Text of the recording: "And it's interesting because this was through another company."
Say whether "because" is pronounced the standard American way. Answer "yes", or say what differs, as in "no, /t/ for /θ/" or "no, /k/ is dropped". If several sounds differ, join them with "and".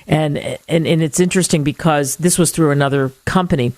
yes